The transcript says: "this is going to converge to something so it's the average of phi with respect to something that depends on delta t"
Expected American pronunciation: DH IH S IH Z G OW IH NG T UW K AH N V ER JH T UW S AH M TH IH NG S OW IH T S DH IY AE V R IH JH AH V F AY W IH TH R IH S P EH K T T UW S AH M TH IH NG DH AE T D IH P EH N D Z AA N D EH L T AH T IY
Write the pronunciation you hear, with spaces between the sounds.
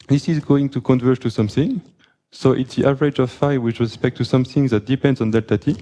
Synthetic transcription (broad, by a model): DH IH S IH Z G OW IH NG T UW K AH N V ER T UW S AH M TH IH NG S OW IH T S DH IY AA V R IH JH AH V F AY W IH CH R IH S P EH K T T UW S AH M TH IH NG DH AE T D IH P EH N D Z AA N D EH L T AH T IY